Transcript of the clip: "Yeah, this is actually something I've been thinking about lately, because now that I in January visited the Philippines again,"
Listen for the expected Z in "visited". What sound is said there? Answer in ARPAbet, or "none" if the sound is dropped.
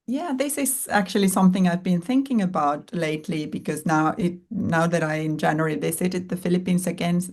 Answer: S